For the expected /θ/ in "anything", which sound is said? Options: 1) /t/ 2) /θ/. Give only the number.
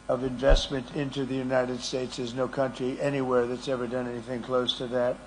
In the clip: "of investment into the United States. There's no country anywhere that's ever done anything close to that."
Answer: 2